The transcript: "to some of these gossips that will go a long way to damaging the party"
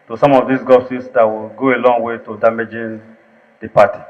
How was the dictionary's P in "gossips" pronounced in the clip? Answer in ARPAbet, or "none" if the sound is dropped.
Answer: none